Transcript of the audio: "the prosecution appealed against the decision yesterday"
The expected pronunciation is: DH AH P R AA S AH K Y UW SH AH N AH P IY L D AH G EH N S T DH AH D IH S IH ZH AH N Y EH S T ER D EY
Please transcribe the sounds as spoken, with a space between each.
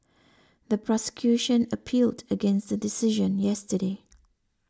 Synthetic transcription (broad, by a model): DH AH P R AA S AH K Y UW SH AH N AH P IY L D AH G EH N S T DH AH D IH S IH ZH AH N Y EH S T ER D EY